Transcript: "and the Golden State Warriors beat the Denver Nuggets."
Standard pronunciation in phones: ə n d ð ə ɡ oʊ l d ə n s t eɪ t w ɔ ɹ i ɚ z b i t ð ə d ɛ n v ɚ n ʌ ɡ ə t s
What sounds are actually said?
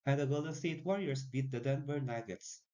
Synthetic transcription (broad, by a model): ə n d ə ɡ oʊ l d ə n s t eɪ t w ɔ ɹ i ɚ s b i t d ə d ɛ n b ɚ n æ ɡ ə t s